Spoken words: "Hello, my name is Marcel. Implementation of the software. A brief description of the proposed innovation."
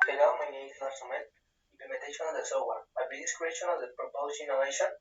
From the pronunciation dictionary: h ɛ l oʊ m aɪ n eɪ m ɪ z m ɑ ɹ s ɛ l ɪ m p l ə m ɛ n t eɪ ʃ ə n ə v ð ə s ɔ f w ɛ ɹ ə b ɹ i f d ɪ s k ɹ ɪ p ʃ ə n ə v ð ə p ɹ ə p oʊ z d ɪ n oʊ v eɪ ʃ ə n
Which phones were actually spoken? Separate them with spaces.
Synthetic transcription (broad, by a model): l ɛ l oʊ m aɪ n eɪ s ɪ s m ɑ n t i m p l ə m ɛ n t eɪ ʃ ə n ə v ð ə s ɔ w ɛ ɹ ə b i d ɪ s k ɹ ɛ ʃ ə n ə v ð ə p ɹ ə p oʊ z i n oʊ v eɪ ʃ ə n